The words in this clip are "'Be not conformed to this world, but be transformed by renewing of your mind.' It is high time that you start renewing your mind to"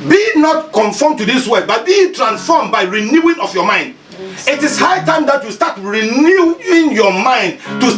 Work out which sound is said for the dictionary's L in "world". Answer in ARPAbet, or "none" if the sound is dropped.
none